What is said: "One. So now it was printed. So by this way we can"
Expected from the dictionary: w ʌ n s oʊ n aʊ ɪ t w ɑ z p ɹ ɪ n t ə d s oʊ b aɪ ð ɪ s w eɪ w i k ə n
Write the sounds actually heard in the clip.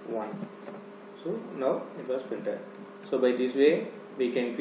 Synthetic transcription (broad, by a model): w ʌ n s oʊ n aʊ ɪ t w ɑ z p ɪ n t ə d s oʊ b aɪ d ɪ s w eɪ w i k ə n